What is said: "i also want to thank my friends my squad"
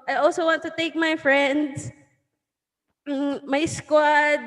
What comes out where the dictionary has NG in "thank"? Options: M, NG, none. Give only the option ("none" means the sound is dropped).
none